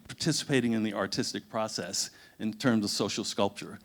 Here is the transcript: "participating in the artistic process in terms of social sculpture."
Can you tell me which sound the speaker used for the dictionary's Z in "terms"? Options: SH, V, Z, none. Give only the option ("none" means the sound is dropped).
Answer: Z